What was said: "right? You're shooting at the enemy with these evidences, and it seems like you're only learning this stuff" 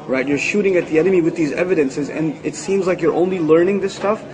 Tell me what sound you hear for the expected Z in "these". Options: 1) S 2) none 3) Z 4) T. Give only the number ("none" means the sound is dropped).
3